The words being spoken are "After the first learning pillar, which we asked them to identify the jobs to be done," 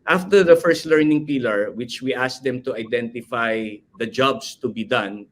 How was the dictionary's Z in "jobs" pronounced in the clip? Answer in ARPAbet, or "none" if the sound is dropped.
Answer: S